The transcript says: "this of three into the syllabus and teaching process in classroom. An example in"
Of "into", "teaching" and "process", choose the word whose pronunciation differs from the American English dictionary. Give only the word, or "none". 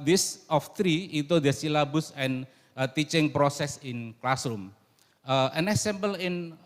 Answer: into